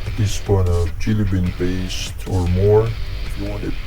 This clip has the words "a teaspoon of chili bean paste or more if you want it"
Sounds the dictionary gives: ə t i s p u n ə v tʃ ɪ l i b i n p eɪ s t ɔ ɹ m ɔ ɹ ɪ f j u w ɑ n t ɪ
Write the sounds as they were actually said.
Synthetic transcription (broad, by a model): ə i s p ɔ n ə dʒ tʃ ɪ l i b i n b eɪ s t ɔ ɹ m ɔ ɹ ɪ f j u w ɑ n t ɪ